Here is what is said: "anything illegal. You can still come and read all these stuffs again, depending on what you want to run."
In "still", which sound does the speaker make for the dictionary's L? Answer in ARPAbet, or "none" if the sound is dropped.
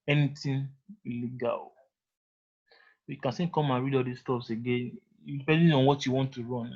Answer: N